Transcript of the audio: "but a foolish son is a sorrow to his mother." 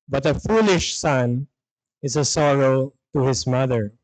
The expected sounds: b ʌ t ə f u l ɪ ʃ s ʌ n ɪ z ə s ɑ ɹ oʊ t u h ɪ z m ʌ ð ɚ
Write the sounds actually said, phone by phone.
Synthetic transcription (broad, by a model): b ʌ t ə f u l ɪ ʃ s ʌ n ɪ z ə s ɑ ɹ oʊ t u h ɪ s m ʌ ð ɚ